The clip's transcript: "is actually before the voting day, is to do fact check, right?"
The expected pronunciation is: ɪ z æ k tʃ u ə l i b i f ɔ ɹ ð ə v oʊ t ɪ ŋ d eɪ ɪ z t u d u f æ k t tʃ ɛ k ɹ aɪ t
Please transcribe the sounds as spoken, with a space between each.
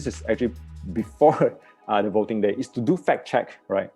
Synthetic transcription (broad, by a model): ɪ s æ k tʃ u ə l i b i f ɔ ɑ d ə v oʊ t ɪ ŋ d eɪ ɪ s t u d u f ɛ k tʃ ɛ k ɹ aɪ t